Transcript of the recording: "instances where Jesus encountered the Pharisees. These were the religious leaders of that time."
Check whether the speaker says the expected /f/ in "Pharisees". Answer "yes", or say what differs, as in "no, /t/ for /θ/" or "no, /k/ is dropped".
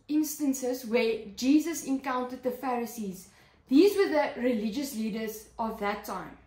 yes